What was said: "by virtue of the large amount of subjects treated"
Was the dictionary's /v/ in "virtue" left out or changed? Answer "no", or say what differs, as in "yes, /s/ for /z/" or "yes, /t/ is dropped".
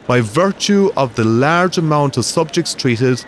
no